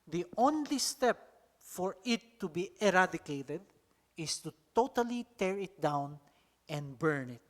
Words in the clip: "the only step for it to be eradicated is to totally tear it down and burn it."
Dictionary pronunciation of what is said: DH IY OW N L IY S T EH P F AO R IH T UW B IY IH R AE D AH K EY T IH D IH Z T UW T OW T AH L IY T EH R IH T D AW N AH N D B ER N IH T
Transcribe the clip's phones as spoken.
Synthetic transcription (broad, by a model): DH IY OW N L IY S T EH P F AO R IH T UW B IY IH R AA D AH K EY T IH D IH S T UW T OW T AH L IY T EH R IH T D AW N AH N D B ER N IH T